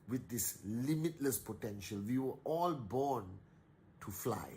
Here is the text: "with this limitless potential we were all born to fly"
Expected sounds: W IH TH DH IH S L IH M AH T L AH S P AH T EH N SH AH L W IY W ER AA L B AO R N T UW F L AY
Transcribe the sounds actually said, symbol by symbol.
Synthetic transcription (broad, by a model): W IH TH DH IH S L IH M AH T L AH S P AH T EH N SH AH L W IY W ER AA L B AO N T UW F L AY